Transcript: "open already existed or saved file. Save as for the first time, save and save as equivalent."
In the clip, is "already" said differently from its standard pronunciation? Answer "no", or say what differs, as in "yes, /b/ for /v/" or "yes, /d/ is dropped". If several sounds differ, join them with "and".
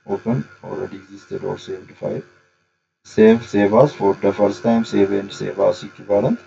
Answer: yes, /l/ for /ɹ/